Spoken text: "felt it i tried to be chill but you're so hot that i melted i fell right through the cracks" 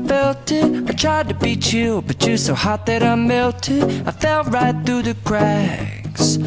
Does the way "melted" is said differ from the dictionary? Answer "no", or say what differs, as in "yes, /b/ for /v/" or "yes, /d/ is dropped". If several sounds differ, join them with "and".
yes, /d/ is dropped